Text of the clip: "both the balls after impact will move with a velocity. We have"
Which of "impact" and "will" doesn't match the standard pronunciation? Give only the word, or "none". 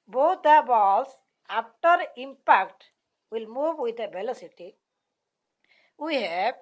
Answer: none